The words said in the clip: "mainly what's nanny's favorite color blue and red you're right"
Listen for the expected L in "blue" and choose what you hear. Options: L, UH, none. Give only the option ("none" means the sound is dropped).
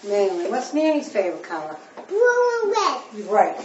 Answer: none